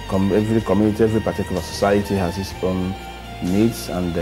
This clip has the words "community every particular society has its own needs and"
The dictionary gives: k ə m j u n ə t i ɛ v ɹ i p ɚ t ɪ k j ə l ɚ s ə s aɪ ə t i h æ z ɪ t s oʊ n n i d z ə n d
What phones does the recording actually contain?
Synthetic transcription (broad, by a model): k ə m j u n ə t i ɛ v ɹ i p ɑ t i k j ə l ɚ s ə s aɪ ə t i h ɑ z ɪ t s oʊ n n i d s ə n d